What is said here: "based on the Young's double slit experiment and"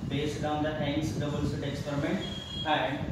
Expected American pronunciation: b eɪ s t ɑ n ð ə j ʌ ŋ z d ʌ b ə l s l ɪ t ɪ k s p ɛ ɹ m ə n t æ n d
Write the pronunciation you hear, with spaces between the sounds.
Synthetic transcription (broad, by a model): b eɪ s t ɑ n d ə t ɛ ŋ s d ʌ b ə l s ɪ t ɪ k s p ɛ ɹ m ə n t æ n d